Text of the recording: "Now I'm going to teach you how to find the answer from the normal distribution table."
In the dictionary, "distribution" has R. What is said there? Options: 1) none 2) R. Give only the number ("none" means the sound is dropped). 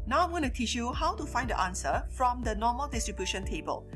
2